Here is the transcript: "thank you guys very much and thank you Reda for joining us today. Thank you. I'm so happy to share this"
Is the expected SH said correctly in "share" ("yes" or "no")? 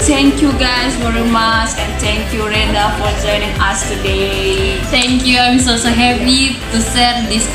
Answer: no